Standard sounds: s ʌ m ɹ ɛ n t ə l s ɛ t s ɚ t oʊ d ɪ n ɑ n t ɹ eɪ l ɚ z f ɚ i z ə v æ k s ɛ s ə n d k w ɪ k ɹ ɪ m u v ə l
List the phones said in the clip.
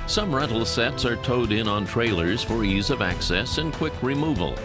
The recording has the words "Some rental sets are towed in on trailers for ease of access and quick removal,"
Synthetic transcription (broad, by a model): s ʌ m ɹ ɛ t l s ɛ t s ɚ t oʊ d ɪ n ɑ n t ɹ eɪ l ɚ z f ɚ i z ə v æ k s ɛ s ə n k w ɪ k ɹ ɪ m u v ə l